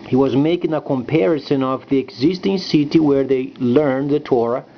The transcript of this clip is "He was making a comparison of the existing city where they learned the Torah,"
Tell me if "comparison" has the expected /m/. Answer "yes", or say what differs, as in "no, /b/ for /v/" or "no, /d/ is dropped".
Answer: yes